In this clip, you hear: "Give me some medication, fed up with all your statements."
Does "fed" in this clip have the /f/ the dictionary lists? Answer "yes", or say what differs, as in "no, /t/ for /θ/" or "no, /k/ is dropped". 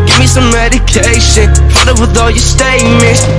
no, /p/ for /f/